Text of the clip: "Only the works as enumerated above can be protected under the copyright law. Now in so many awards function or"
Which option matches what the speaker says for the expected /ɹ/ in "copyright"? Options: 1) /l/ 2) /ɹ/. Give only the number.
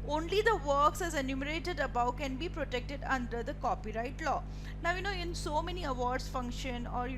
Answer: 2